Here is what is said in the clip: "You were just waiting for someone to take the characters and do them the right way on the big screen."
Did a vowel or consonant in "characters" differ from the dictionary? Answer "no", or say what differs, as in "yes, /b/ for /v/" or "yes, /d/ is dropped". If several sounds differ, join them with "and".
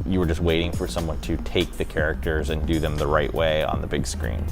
no